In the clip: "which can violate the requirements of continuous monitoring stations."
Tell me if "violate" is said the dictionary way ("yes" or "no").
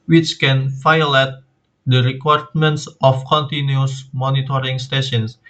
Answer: no